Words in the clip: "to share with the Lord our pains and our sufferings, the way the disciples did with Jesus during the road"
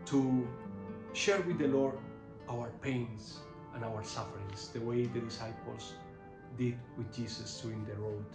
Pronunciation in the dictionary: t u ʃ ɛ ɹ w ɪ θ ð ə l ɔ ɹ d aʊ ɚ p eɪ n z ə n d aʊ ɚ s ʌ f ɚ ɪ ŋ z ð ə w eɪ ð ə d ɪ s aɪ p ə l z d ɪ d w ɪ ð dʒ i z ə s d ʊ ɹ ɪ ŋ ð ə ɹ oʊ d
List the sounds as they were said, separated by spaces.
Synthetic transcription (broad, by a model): t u ʃ ɛ ɹ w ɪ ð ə l ɔ ɹ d aʊ ɚ p eɪ n s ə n aʊ ɚ s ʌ f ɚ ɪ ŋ s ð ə w eɪ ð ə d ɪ s aɪ p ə l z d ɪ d w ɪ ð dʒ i s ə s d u ɪ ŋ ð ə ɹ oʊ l